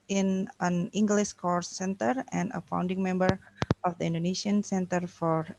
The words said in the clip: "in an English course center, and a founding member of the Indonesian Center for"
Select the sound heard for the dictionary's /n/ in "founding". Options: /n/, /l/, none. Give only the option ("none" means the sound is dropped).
/n/